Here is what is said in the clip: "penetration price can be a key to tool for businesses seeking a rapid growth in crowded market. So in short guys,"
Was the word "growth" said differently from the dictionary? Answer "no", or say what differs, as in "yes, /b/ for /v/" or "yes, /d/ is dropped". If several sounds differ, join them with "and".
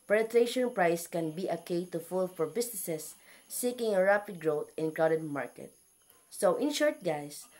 yes, /t/ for /θ/